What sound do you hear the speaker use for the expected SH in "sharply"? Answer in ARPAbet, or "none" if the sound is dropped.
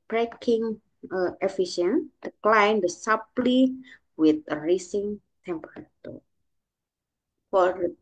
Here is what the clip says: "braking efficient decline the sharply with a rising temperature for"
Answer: S